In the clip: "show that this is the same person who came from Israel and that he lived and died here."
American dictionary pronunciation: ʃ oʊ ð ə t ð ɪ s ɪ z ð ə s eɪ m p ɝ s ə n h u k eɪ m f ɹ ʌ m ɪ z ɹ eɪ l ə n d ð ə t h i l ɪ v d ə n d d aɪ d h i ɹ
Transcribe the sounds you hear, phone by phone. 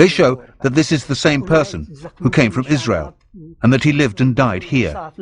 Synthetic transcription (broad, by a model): ʃ oʊ ð ə t ð ɪ s ɪ z ð ə s eɪ m p ɝ s ə n h u k eɪ m f ɹ ʌ m ɪ z ɹ eɪ l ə n ð ə t h i l ɪ v d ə n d d aɪ d h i ɹ